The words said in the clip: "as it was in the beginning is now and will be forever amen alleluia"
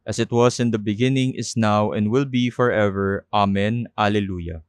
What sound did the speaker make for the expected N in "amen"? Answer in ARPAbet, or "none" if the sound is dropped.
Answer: N